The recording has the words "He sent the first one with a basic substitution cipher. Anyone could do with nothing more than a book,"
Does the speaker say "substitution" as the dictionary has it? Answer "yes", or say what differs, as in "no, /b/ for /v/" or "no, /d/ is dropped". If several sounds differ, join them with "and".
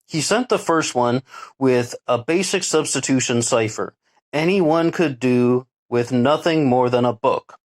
yes